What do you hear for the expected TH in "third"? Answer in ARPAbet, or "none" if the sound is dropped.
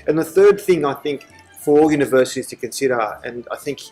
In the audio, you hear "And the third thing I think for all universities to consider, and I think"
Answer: TH